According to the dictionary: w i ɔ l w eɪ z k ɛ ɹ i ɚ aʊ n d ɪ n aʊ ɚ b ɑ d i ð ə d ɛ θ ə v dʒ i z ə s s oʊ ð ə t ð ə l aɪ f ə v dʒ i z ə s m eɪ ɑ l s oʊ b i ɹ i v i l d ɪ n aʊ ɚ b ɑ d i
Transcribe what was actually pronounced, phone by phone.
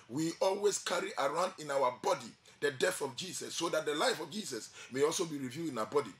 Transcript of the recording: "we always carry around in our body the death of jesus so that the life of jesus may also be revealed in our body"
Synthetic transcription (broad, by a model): w i ɔ l w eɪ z k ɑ ɹ i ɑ aʊ n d ɪ n aʊ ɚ b ɑ d i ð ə d ɛ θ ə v dʒ i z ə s s oʊ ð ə t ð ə l aɪ f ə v dʒ i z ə s m eɪ ɑ l s oʊ b i ɹ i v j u ɪ n aʊ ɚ b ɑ d i